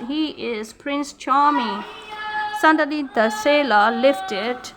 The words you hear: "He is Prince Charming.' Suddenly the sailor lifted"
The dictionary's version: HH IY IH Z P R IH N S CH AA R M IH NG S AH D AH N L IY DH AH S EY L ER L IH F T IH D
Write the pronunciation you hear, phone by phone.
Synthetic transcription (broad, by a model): HH IY IH Z P R IH N S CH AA M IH S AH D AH L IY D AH S EY L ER L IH F T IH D